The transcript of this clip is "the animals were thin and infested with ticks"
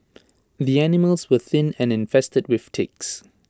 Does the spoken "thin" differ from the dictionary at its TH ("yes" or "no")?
no